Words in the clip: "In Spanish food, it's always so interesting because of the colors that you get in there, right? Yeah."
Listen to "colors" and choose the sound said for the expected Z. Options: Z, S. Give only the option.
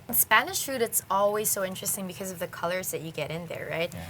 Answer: Z